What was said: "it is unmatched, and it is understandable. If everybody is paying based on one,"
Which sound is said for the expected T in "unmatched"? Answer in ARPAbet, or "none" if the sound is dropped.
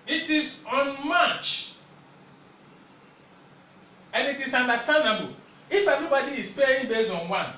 none